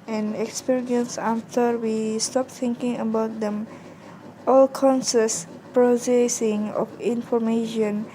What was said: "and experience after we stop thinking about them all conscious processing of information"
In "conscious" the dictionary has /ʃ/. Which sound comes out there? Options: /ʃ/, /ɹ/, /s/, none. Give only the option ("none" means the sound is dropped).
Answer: /s/